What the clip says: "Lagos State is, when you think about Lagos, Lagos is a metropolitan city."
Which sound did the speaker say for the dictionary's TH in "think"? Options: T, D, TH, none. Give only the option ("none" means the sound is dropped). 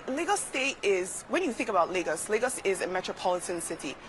TH